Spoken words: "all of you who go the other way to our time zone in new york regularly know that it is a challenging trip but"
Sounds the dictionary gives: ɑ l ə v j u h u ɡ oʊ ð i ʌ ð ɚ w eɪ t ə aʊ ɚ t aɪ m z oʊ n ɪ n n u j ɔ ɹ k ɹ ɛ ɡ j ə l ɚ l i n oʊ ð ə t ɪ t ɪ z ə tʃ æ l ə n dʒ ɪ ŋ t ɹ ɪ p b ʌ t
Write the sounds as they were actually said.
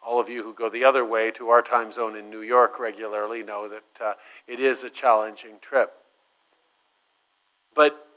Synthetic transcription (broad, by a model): ɑ l ə v j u h u ɡ oʊ ð i ʌ ð ɚ w eɪ t ə aʊ ɚ t aɪ m z oʊ n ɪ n n u j ɔ ɹ k ɹ ɛ ɡ j l ɚ l i n oʊ ð ə t ɪ t ɪ z ə tʃ æ l ə n dʒ ɪ ŋ t ɹ ɪ p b ʌ t